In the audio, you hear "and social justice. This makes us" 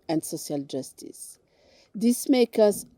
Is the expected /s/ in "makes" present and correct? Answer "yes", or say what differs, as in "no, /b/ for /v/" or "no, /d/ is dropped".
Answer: no, /s/ is dropped